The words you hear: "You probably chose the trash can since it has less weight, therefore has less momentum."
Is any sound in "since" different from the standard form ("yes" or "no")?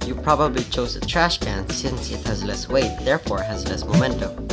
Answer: no